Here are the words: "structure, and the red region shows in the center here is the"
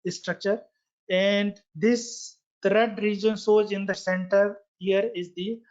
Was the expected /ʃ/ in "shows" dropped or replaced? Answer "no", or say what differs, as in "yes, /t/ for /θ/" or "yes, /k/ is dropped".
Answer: yes, /s/ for /ʃ/